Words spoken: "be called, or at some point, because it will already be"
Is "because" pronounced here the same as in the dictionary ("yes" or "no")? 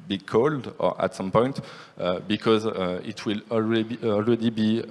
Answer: yes